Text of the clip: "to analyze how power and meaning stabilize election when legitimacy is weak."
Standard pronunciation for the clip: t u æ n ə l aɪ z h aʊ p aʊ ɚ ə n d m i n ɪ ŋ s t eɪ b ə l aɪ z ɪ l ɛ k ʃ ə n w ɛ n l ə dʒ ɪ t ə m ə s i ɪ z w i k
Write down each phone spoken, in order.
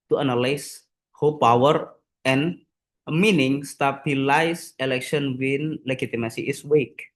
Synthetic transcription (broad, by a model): t u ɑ n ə l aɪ s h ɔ p aʊ ɚ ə n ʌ m i n ɪ ŋ s t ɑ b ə l aɪ s ɪ l ɛ k ʃ ə n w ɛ n l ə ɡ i t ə m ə s i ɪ s w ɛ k